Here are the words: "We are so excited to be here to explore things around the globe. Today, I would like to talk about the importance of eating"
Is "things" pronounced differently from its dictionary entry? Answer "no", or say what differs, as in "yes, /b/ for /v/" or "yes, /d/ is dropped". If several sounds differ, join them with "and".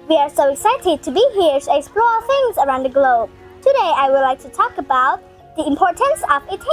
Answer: no